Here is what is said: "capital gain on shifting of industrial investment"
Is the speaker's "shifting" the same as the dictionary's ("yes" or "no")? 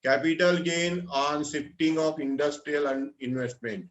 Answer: no